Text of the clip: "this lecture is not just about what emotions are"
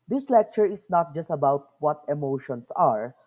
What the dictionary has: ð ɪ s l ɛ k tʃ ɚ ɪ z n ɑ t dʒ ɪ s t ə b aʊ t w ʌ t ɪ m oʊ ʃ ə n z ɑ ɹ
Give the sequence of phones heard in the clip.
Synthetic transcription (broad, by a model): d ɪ s l ɛ k tʃ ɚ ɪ s n ɑ t dʒ ɪ s t ə b aʊ t w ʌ t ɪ m oʊ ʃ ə n s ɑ ɹ